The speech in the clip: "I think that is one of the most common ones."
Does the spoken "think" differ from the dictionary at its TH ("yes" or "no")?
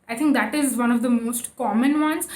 yes